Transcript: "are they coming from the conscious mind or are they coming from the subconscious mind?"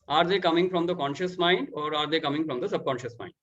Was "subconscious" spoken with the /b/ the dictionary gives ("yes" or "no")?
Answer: yes